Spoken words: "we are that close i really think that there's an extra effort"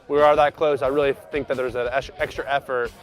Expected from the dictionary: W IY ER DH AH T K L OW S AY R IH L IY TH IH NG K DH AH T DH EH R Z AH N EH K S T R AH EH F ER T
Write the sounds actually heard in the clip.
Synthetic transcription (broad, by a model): W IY ER DH AH T K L OW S AY R IH L IY TH IH NG K DH AH T DH EH R Z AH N EH K S T R AH EH F ER T